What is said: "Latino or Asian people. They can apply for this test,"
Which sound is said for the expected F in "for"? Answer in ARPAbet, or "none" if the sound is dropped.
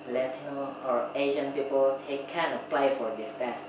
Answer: F